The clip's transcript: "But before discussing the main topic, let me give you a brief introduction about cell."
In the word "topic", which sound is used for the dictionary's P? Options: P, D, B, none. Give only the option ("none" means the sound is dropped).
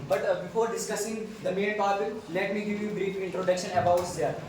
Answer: B